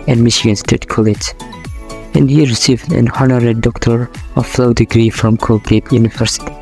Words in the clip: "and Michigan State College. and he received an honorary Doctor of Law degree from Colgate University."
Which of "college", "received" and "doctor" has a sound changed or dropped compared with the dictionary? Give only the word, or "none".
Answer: college